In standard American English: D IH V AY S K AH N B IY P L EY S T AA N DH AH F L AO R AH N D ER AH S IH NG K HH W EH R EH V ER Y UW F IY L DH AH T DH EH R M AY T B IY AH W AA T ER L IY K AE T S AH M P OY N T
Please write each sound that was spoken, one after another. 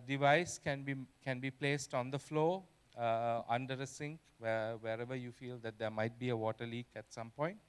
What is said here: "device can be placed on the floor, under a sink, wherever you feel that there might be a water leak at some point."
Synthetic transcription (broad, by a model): D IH V AY S K AH N B IY P L EY S T AA N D AH F L AO AH N D ER AH S IH NG K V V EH R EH V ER Y UW F IY L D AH T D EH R M AY T B IY AH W AA T ER L IY K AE T S AH M P OY N T